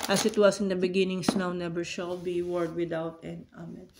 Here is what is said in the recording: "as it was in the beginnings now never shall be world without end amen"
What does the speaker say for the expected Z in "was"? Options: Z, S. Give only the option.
S